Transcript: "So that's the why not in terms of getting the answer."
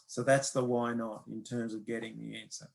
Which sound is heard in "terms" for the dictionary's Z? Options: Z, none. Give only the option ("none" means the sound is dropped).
Z